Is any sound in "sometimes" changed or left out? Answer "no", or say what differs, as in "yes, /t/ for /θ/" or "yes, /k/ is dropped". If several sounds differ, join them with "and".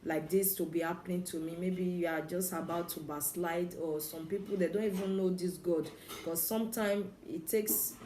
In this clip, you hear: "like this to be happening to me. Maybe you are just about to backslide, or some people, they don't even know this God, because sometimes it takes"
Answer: yes, /z/ is dropped